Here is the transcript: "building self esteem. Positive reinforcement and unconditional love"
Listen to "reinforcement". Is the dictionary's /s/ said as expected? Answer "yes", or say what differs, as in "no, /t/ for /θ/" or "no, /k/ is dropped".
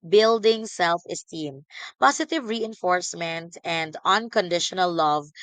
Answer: yes